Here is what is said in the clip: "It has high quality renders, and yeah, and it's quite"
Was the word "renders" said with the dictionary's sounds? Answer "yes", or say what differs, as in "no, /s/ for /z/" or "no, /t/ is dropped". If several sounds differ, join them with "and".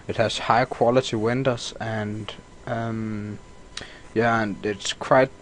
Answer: no, /w/ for /ɹ/